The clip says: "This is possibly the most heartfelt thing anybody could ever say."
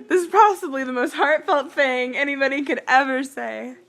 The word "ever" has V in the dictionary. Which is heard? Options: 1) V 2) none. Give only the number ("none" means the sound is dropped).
1